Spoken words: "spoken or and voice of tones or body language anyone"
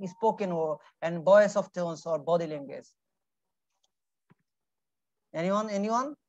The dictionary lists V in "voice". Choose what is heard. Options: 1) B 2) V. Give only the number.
1